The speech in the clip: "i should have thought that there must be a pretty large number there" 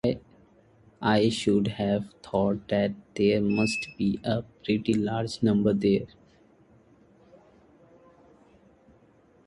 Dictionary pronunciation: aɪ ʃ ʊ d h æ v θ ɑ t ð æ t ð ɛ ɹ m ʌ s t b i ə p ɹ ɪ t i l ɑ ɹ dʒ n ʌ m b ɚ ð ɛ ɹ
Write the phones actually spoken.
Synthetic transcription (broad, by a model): aɪ ʃ ʊ d h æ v t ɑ t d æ t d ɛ ɹ m ʌ s t b i ə p ɹ ɪ t i l ɑ ɹ dʒ n ʌ m b ɚ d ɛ ɹ